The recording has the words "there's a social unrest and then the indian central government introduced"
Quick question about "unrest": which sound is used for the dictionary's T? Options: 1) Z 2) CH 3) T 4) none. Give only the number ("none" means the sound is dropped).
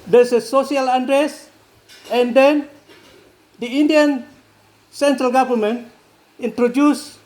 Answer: 4